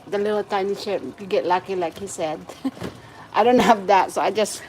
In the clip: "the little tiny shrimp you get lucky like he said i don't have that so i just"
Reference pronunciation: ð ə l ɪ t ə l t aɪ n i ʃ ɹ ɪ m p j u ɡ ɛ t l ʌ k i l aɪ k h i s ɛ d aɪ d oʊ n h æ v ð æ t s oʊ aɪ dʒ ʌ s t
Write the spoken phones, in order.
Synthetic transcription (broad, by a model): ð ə l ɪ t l t aɪ n i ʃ ɪ p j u ɡ ɛ t l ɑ k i l aɪ k h i s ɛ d aɪ d oʊ n h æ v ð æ t s oʊ aɪ dʒ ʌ s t